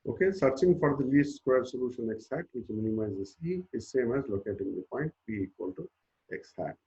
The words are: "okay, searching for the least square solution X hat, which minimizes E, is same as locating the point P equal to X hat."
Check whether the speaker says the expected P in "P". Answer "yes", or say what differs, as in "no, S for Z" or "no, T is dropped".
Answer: no, B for P